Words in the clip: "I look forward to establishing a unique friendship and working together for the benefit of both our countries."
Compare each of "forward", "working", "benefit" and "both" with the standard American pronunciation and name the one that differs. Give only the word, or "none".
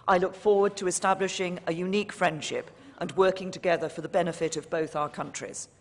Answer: none